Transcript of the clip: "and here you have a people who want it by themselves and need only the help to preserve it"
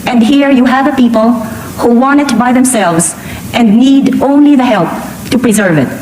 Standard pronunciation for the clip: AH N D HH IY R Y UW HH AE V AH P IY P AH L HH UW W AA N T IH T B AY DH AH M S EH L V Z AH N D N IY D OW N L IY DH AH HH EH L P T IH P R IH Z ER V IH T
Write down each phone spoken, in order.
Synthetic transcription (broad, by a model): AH N D HH IY R Y UW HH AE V AH P IY P AH L HH UW W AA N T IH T B AY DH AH M S EH L V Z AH N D N IY D OW N L IY DH AH HH EH L P T IH P R IH Z ER V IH T